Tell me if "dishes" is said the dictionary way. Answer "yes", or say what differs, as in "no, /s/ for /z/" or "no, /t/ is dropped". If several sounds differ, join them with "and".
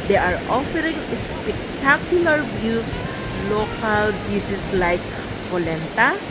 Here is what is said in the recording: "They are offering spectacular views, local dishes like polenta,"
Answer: no, /s/ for /ʃ/ and /s/ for /z/